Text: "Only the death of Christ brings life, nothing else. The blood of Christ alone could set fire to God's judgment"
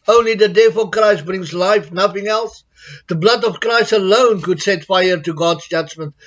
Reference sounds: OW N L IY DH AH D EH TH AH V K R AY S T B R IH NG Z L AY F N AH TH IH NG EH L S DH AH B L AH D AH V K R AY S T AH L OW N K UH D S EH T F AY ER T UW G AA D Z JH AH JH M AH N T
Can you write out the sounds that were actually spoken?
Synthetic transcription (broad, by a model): OW N L IY DH AH D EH F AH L K R AY S T B R IH NG Z L AY F N AH TH IH NG EH L S DH AH B L AH D AH V K R AY S T AH L OW N K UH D S EH T F AY ER T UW G AA D Z JH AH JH M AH N T